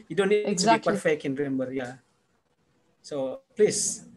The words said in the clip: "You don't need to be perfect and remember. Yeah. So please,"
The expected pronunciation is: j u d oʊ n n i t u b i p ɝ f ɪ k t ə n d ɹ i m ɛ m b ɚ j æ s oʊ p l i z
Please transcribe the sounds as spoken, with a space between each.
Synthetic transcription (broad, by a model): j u d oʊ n n i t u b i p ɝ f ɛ k ə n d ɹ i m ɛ m b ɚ j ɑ s oʊ p l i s